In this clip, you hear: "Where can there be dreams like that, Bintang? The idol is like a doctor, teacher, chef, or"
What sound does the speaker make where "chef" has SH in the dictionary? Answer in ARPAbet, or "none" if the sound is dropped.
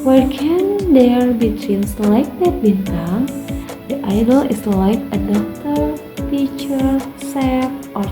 S